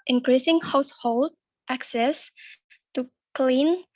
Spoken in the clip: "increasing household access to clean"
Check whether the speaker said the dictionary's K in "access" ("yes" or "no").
yes